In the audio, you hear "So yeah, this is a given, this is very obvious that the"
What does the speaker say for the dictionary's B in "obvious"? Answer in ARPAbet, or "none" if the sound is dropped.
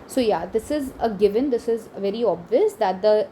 B